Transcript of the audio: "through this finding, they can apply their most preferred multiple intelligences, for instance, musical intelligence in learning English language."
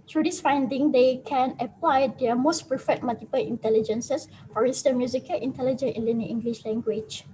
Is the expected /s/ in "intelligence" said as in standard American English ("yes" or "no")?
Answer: no